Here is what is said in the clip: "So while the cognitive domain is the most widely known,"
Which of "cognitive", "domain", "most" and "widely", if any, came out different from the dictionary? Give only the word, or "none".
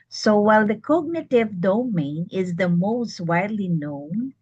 none